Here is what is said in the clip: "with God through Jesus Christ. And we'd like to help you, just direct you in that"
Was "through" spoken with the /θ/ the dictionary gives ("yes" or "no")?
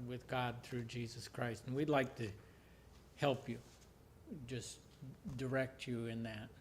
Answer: yes